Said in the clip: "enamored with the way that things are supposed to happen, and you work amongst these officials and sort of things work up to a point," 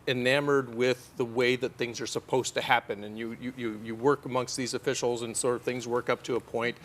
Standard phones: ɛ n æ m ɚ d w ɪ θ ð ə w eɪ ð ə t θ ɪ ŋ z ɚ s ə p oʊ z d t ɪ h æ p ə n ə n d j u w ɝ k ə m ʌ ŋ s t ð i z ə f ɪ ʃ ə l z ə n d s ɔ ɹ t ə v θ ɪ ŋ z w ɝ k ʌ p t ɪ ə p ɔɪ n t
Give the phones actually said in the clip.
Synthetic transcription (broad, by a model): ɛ n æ m ɚ d w ɪ ð ə w eɪ ð ə t θ ɪ ŋ z ɚ s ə p oʊ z t ɪ h æ p ə n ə n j j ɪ w ɝ k ə m ʌ ŋ s t ð i z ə f ɪ ʃ l z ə n s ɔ ɹ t ə v θ ɪ ŋ z w ɝ k ʌ p t ɪ ə p ɔɪ n t